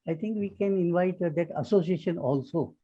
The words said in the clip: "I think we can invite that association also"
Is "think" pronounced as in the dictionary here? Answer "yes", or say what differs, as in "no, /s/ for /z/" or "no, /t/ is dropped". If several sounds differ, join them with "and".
no, /t/ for /θ/